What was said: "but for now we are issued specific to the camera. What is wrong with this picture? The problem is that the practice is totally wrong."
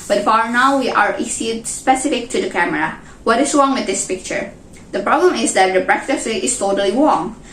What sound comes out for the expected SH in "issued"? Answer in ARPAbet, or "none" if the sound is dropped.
S